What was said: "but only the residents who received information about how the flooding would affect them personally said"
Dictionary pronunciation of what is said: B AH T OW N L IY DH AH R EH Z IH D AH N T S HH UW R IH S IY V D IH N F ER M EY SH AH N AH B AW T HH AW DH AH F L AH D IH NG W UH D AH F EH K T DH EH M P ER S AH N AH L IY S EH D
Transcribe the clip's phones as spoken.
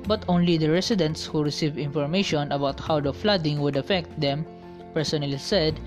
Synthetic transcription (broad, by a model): B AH T OW N L IY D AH R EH S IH D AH N T S HH UW R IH S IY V IH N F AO M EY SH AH N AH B AW T HH AW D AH F L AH D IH NG W UH D AH F EH K T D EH M P ER S AH N AH L IY S EH D